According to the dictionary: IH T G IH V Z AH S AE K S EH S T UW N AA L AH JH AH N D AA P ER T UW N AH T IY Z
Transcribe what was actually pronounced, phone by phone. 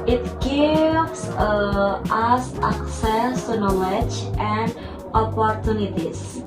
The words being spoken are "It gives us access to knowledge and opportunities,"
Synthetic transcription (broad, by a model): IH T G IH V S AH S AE K S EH S T UW N AA L AH JH AH N D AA P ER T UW N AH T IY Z